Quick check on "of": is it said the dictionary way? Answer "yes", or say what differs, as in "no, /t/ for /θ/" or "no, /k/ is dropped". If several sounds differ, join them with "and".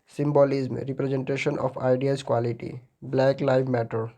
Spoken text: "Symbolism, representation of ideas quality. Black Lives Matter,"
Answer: no, /p/ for /v/